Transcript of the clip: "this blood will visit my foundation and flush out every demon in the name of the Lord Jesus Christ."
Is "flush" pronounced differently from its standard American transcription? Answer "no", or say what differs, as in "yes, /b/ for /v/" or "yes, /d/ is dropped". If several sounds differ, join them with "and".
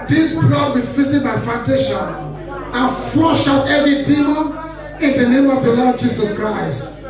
yes, /l/ is dropped